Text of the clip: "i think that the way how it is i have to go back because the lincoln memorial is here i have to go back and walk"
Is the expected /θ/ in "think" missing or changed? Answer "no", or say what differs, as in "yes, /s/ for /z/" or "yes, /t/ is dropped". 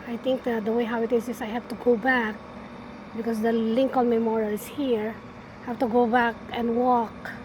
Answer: yes, /t/ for /θ/